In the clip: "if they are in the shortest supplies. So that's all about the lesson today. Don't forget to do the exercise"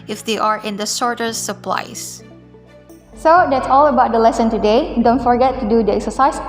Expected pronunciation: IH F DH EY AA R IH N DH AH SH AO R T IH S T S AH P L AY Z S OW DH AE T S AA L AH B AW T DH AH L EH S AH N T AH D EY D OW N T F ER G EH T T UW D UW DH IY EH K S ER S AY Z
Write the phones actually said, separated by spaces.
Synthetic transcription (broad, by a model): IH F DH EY AA R IH N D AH S AO R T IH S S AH P L AY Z S OW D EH T S AA L AH B AW T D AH L EH S AH N T AH D EY D OW N T F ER G EH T T UW D UW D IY EH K S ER S AY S